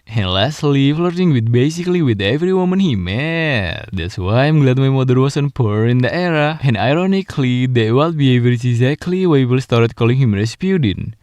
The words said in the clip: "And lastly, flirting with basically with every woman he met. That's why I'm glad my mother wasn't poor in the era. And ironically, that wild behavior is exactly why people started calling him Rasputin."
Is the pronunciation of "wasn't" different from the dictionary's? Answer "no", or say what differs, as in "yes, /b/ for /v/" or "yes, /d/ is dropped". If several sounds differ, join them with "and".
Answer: yes, /s/ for /z/